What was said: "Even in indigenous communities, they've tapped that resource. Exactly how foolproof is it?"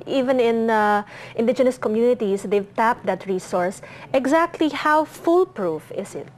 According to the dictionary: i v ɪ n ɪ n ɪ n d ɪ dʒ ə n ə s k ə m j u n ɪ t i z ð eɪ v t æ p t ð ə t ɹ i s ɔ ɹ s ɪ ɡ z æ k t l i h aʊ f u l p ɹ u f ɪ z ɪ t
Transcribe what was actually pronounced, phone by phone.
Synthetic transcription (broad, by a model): i v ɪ n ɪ n ɪ n d ɪ dʒ ə n ə s k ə m j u n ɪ t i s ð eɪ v t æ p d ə t ɹ i s ɔ ɹ s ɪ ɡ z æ k t l i h aʊ f u l p ɹ u f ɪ s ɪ t